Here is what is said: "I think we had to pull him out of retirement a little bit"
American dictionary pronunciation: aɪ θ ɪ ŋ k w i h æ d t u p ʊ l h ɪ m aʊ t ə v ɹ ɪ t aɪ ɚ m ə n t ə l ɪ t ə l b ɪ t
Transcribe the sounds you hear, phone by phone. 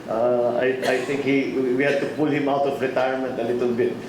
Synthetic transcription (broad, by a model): aɪ t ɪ ŋ k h i h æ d t u p ʊ l h ɪ m aʊ t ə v ɹ ɪ t aɪ ɚ m ə n t ə l ɪ t ə l b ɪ t